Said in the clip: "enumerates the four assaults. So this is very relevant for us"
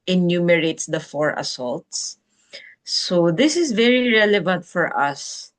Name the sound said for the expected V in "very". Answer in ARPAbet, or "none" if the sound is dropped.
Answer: V